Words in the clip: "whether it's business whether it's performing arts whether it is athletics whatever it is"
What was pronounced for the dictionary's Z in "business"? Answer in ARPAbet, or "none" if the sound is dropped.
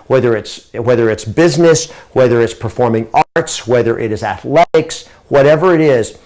Z